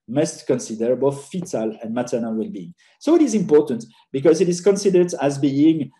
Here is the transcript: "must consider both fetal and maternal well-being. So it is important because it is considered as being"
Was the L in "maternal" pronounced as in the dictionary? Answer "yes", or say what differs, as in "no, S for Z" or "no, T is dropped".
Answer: yes